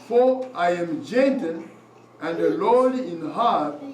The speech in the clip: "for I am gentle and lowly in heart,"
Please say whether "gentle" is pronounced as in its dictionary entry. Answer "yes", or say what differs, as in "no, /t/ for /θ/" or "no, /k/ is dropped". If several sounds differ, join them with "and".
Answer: no, /n/ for /l/